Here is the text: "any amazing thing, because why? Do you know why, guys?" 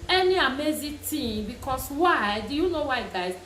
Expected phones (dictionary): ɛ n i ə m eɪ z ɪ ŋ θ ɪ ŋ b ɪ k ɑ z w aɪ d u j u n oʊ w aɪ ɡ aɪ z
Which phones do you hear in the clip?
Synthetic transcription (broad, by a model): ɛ n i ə m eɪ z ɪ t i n b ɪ k ɑ s w aɪ d u j u n oʊ w aɪ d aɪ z